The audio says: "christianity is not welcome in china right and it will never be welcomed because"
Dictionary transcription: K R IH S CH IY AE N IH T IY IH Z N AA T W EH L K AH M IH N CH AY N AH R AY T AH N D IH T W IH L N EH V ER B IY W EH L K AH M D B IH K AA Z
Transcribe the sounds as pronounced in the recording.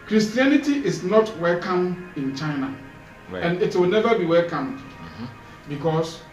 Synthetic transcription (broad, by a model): K R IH S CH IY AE N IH T IY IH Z N AA T W EH L K AH M IH N CH AY N AH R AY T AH N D IH T W IH L N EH V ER B IY W EH L K AH M D B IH K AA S